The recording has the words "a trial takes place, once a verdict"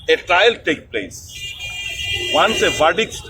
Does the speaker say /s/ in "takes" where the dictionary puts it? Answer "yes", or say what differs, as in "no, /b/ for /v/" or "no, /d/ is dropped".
no, /s/ is dropped